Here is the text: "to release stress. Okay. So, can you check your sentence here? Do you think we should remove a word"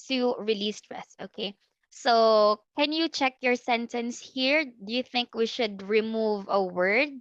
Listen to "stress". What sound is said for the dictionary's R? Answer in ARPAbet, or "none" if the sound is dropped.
R